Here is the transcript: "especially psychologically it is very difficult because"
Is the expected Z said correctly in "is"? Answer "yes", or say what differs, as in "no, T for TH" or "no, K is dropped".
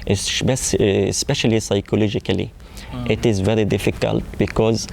yes